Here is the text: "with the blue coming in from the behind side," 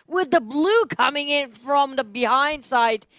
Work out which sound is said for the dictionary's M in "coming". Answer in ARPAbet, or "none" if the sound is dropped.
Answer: M